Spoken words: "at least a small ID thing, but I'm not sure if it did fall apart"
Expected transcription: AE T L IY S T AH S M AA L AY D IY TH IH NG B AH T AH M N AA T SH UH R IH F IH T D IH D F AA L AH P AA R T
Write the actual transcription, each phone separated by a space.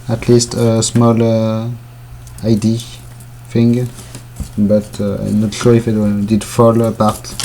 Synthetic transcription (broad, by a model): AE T L IY S T AH S M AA L AY D IY F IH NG B AH T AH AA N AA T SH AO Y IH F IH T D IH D F AA L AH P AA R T